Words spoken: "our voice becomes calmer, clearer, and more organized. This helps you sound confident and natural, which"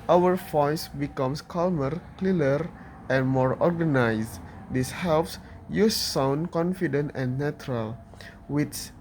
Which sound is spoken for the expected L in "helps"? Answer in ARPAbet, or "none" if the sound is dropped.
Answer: L